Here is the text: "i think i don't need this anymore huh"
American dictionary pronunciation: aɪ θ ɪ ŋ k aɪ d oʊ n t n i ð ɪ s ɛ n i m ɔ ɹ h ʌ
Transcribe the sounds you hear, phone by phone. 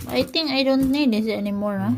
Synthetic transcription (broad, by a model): aɪ t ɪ ŋ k aɪ d oʊ n t n i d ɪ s ɛ n i m ɔ ɹ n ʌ